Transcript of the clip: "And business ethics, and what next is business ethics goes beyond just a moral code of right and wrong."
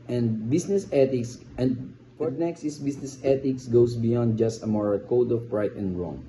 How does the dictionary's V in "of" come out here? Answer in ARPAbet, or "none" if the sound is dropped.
P